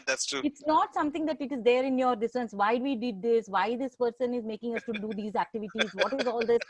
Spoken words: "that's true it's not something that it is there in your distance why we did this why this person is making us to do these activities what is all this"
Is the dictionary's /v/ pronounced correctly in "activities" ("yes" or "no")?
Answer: yes